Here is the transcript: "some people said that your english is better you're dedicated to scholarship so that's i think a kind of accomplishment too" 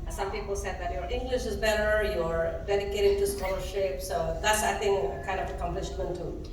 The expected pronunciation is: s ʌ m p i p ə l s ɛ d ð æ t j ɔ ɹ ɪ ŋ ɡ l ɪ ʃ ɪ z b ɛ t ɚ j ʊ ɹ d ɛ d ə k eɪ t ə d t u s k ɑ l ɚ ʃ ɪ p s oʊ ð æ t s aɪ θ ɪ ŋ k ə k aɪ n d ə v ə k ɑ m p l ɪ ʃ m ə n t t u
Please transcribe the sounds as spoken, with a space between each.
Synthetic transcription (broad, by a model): s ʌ m p i p ə l s ɛ d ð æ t j ɔ ɹ ɪ ŋ ɡ l ɪ ʃ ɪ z b ɛ t ɚ j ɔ ɹ d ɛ d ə k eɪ t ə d t u s k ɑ l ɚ ʃ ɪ p s oʊ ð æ t s aɪ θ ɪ ŋ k ə k aɪ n d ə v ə k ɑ m p l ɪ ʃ m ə n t t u